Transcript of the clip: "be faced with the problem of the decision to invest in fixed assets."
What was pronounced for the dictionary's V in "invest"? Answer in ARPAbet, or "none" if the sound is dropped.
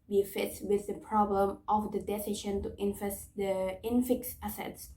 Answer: F